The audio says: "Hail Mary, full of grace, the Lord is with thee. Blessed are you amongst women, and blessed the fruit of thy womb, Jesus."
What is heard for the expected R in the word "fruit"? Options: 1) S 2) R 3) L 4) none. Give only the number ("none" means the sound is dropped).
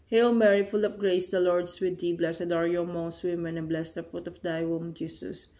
4